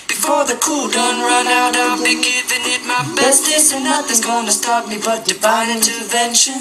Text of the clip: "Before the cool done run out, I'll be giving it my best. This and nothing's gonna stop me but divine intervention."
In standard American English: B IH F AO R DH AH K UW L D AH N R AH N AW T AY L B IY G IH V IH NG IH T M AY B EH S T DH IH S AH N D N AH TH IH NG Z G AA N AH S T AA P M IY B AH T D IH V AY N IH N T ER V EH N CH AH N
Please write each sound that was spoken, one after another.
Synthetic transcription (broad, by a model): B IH F AO R DH AH K UW L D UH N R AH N AW T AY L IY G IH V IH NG IH T M AY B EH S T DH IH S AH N N AH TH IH Z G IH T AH S T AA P M IY B AH T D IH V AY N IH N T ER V EH N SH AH N